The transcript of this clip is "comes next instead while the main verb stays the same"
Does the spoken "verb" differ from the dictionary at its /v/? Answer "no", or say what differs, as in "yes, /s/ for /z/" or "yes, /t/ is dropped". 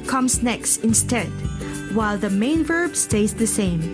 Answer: no